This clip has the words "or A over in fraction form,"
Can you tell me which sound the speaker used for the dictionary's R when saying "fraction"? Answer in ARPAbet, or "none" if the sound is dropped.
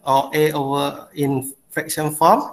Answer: none